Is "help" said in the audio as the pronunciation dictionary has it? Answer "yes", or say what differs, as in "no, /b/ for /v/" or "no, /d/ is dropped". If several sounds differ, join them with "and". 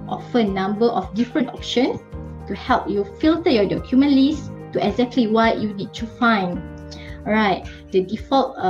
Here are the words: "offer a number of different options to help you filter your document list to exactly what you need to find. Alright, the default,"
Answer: yes